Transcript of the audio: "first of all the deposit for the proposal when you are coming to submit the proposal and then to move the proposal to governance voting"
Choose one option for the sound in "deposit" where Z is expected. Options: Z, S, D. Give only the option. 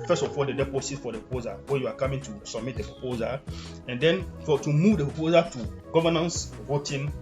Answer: S